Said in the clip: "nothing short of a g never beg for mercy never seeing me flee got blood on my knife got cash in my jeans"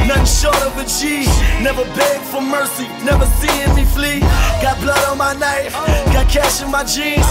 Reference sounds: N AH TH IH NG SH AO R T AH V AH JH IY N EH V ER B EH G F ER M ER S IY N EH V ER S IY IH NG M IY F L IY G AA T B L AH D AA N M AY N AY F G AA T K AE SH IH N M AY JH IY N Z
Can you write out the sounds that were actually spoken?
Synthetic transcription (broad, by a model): N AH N SH AO R T AH V AH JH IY N EH V ER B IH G F ER M ER S IY N EH V ER S IY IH M IY F L IY G AA T B L AH D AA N M AY N AY F G AA T K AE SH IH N M AY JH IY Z